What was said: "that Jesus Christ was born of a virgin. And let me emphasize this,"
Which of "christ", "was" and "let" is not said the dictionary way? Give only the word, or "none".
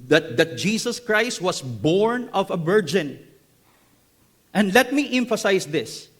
was